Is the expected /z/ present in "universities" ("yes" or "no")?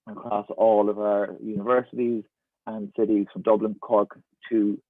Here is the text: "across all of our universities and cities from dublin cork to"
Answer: yes